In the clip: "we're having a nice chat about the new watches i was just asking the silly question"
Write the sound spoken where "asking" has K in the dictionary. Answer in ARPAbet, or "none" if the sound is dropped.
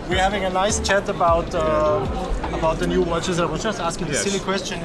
K